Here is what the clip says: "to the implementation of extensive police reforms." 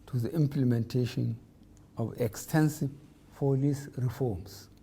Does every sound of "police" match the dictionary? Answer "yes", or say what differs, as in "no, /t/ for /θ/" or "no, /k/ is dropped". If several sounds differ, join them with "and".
no, /f/ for /p/